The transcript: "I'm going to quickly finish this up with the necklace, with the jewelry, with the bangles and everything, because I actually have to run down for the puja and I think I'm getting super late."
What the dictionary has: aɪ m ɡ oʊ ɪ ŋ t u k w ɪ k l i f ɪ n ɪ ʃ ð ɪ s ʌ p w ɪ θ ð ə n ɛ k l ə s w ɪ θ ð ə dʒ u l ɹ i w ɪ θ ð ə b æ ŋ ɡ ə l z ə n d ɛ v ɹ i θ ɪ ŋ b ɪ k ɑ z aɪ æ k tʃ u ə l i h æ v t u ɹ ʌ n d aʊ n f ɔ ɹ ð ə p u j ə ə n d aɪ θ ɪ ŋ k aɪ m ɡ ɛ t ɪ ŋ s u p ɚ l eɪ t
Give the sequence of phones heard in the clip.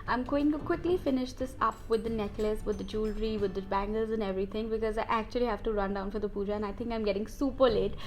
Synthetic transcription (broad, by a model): aɪ m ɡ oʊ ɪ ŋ t u k w ɪ k l i f ɪ n ɪ ʃ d ɪ s ʌ p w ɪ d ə n ɛ k l ə s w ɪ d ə dʒ u l ɹ i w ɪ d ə b æ ŋ ɡ ə l z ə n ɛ v ɹ i t ɪ ŋ b ɪ k ɑ z aɪ æ k tʃ u ə l i h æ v t u ɹ ʌ n d aʊ n f ɔ ɹ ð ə p u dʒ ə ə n aɪ t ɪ ŋ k aɪ m ɡ ɛ t ɪ ŋ s u p ɚ l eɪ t